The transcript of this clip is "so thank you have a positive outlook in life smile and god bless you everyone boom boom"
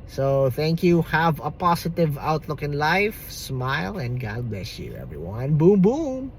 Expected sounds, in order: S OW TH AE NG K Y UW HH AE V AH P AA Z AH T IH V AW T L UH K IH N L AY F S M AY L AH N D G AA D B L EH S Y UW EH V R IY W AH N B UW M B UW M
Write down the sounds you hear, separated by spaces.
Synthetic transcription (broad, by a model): S OW TH AE NG K Y UW HH AE V AH P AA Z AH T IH V AW T L UH K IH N L AY F S M AY L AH N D G AA D B L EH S Y UW EH V R IY W AH N B UW M B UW M